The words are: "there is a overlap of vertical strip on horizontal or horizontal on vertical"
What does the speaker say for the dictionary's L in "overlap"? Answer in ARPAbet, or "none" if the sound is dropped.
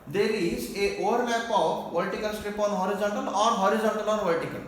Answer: N